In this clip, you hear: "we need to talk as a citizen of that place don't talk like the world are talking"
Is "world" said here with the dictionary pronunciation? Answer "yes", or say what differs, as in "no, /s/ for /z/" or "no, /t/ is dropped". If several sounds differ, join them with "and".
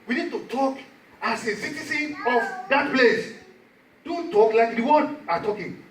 no, /l/ is dropped